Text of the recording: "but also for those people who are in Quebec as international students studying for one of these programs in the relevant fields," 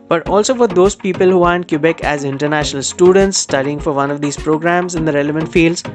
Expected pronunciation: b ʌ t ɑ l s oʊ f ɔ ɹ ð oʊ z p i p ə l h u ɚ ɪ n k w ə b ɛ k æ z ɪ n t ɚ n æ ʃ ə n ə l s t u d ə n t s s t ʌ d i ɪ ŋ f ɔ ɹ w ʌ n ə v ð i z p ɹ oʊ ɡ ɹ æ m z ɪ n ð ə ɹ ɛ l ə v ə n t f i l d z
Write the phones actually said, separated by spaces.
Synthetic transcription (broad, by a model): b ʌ t ɑ l s oʊ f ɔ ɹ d oʊ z p i p ə l h u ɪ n k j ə b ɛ k æ z ɪ n t ɚ n æ ʃ ə n ə l s t u d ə n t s s t ʌ d i ɪ ŋ f ɔ ɹ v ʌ n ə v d i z p ɹ oʊ ɡ ɹ æ m z ɪ n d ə ɹ ɛ l ə v ə n t f i l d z